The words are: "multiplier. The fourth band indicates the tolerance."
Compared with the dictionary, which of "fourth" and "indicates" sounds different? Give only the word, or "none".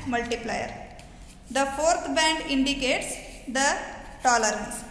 fourth